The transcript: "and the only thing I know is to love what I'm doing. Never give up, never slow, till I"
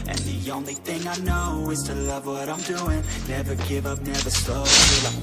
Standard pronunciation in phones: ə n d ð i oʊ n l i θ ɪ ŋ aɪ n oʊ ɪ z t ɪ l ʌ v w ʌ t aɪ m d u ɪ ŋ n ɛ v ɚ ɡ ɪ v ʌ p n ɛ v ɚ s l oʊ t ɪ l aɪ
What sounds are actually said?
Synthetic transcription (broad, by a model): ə n ð i oʊ n l i θ ɪ ŋ aɪ n oʊ ɪ z t ɪ l ʌ v w ʌ t aɪ m d u ɪ ŋ n ɛ v ɚ ɡ ɪ v ʌ p n ɛ v ɚ s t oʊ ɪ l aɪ